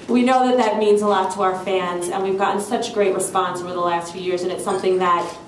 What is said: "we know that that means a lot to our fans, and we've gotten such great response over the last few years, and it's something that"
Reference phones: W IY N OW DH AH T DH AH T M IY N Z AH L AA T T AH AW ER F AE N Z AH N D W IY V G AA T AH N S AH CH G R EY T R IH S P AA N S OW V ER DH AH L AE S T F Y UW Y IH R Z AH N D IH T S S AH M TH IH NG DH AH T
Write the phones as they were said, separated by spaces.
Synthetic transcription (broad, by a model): W IY N OW DH AH T DH AH T M IY N Z AH L AA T T AH AW ER F AE N Z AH N W IY V G AA T N S AH CH G R EY T R IH S P AA N S OW V ER DH AH L AE S T F Y UW Y IH R Z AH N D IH T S S AH M TH IH NG DH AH T